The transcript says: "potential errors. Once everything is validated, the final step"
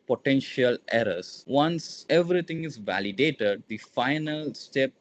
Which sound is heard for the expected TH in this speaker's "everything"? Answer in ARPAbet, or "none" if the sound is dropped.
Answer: T